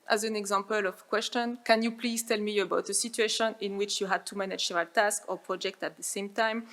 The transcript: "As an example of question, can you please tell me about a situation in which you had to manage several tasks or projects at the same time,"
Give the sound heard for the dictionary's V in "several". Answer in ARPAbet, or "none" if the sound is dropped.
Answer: none